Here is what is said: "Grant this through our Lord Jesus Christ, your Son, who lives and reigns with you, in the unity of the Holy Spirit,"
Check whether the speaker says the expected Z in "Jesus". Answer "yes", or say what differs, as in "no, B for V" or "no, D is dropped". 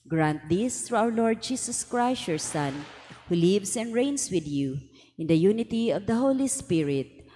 no, S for Z